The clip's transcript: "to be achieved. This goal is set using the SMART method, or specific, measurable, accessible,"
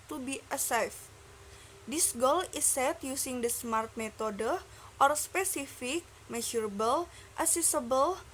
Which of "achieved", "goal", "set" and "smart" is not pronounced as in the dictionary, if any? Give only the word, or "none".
achieved